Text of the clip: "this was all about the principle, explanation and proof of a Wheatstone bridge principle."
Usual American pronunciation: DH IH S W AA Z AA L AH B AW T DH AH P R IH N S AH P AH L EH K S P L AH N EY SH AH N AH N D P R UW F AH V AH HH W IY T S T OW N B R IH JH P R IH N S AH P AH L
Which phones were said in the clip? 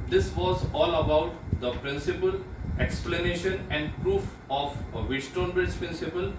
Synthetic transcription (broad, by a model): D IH S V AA Z AA L AH B AW T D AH P R IH N S AH P AH L EH K S P L AH N EY SH AH N AH N D P R UW F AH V AH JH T T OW N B IH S P R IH N S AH P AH L